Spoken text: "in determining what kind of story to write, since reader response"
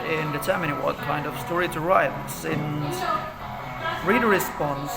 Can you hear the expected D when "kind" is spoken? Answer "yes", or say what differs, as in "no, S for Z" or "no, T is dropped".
yes